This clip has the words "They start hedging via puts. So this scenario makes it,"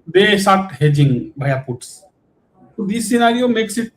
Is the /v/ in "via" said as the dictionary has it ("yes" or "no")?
no